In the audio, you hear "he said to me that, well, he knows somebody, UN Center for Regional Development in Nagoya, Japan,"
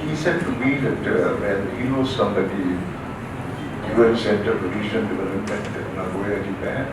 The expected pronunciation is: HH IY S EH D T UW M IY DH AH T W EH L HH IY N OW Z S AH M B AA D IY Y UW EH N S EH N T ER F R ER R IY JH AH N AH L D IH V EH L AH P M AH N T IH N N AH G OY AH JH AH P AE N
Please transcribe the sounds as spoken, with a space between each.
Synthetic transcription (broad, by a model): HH IY S EH D T UW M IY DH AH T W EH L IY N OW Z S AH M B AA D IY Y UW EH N S EH N T ER P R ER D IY SH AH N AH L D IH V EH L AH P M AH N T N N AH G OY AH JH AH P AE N